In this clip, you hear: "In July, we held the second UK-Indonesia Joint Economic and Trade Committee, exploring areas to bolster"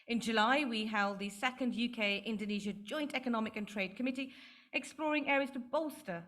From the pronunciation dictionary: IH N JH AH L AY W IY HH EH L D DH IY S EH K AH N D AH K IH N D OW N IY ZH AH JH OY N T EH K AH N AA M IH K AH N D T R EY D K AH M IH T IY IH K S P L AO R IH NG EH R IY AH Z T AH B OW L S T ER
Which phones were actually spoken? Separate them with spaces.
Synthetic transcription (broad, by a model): IH N JH AH L AY W IY HH EH L D DH IY S EH K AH N D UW K IH N D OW N IY ZH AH JH OY N T EH K AH N AA M IH K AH N T R EY D K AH M IH T IY IH K S P L AO R IH NG EH R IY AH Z T AH B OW L S T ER